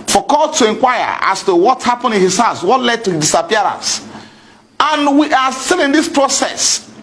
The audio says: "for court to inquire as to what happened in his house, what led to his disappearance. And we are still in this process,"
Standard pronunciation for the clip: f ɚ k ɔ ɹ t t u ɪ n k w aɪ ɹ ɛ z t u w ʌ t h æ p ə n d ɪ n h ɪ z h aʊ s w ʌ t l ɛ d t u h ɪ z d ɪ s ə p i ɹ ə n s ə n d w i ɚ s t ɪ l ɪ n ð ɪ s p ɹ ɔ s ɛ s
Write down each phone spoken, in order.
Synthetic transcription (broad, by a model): f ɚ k ɔ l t t u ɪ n k w aɪ ɹ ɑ s t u w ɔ t h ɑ p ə n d ɪ n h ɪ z h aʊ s w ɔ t l ɛ d t u d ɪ s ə p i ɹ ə n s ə n w i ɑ s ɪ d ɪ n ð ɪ s p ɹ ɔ s ɛ s